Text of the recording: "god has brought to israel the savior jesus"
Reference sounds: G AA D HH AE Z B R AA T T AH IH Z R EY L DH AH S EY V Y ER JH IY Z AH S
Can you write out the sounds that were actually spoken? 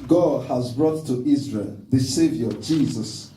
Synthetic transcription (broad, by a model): G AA D HH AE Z B R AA T T IH Z R EY L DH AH S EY V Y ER JH IY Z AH S